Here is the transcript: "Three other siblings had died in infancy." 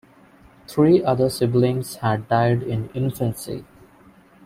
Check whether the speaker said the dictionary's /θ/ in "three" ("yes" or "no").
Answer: no